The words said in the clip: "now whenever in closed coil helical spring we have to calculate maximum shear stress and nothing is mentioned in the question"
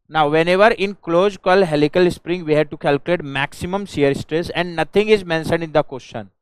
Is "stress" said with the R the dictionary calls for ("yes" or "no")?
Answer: yes